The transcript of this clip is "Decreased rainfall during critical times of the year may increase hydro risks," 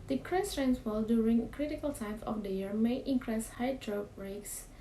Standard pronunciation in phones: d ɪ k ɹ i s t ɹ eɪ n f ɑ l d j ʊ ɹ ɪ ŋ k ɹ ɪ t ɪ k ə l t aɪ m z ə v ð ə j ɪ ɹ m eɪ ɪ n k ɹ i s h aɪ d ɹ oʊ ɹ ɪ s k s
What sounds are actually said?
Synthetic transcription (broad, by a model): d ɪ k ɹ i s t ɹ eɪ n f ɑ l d j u ɹ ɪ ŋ k ɹ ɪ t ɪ k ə l t aɪ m ə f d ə j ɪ ɹ m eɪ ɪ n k ɹ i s h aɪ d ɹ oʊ ɹ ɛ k s